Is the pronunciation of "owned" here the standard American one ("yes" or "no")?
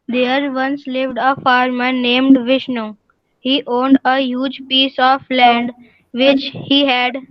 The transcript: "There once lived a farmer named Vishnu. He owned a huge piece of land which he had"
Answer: yes